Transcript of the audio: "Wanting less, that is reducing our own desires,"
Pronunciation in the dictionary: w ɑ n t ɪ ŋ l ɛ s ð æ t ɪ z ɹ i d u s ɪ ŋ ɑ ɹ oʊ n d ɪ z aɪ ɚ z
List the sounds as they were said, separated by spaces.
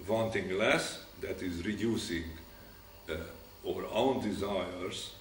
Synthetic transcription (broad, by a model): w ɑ n t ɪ ŋ l ɛ s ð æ t ɪ z ɹ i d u s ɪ ŋ ɑ ɹ oʊ n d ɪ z aɪ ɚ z